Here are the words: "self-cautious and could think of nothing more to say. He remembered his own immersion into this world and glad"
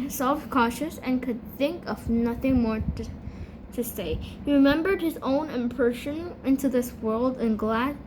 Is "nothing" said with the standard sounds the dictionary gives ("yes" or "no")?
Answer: yes